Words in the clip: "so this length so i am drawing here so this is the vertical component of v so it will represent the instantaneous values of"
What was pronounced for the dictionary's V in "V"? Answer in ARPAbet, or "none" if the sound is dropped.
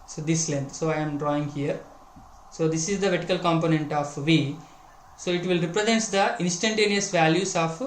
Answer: V